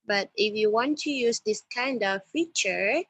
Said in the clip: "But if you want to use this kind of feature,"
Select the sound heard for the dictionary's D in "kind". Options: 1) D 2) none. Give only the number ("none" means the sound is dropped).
1